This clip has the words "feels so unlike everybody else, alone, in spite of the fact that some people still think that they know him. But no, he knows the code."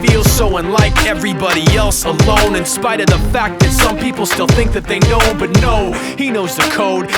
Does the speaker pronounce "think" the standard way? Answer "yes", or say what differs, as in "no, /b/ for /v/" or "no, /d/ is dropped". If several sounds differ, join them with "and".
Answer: yes